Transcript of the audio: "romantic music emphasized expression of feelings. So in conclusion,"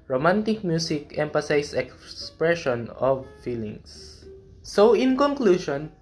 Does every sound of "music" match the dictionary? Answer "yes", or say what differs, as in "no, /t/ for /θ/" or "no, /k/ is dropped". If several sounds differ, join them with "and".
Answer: no, /s/ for /z/